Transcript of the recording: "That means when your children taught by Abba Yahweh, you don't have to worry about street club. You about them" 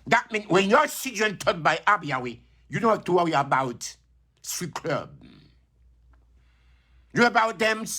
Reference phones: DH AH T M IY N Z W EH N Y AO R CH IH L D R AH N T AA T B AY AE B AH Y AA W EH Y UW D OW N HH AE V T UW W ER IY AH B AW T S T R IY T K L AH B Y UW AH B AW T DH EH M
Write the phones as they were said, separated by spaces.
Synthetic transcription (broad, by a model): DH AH T M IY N W EH N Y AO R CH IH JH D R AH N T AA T B AY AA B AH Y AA W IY Y UW D OW N HH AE F T UW W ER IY AH B AW T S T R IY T K L AH B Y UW AH B AW T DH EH M